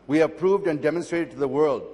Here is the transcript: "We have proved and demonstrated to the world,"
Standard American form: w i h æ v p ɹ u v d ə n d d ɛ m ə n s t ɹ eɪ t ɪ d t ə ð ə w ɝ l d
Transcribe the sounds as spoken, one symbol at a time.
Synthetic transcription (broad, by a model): w i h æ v p ɹ u v d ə n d d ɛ m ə n s t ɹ eɪ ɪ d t ð ə w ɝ l d